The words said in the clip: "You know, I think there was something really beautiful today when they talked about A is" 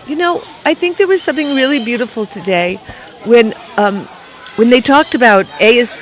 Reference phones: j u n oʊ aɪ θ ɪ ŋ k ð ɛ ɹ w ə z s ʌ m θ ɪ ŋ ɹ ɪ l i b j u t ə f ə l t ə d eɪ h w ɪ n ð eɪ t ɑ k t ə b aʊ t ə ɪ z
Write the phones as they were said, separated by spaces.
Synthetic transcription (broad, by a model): j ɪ n oʊ aɪ θ ɪ ŋ k ð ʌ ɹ w ə z s ʌ m θ ɪ ŋ ɹ ɪ l i b j u t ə f l t ə d eɪ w w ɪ n ð eɪ t ɑ k t ə b aʊ t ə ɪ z